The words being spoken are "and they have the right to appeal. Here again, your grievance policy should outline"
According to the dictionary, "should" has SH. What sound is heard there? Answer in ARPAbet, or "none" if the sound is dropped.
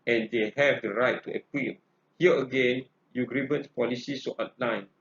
S